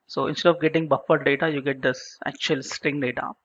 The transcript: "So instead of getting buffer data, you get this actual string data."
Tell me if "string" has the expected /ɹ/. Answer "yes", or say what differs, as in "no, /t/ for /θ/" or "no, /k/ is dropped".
yes